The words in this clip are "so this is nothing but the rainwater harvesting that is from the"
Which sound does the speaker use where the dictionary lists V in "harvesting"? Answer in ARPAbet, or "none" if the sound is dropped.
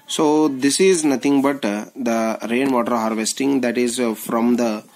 V